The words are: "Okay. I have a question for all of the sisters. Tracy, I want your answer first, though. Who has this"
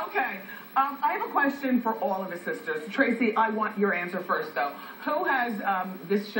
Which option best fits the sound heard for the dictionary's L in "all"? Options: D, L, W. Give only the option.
L